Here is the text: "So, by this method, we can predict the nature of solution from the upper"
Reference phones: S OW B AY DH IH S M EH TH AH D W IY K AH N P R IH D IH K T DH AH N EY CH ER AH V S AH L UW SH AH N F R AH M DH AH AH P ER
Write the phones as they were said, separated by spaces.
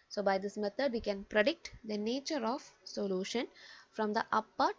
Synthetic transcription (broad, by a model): S OW B AY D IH S M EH T AH D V IY K AH N P R IH D IH K T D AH N EY CH ER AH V S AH L UW SH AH N F R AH M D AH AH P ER